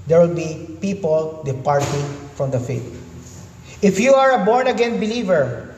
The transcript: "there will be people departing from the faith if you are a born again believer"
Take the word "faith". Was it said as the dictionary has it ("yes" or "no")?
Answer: no